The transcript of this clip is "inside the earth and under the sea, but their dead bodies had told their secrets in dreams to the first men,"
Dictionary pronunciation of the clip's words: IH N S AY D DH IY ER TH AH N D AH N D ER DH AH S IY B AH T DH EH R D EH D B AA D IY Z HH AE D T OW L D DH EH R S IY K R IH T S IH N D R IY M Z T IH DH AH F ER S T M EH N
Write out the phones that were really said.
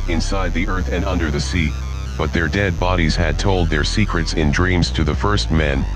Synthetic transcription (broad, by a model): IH N S AY D DH IY ER TH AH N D AH N D ER DH AH S IY B AH T DH EH R D EH D B AA D IY Z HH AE D T OW L D DH EH R S IY K R IH T S IH N D R IY M Z T IH DH AH F ER S T M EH N